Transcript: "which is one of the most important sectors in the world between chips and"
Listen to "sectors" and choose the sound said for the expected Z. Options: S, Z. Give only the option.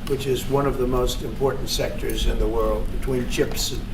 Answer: Z